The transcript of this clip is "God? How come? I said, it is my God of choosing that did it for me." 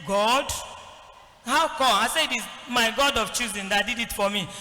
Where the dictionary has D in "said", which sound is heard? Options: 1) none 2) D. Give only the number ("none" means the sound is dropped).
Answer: 1